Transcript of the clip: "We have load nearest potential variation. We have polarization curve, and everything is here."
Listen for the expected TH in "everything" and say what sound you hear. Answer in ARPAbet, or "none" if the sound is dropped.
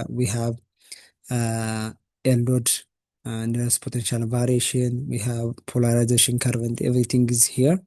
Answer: T